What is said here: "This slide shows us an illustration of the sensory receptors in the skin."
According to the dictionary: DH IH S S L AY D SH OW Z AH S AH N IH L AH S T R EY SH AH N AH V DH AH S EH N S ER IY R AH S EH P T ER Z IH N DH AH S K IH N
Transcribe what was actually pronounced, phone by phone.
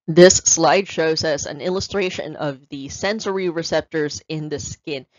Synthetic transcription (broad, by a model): DH IH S S L AY D SH OW Z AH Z AH N IH L AH S T R EY SH AH N AH V DH AH S EH N S ER IY R AH S EH P T ER Z IH N DH AH S K IH N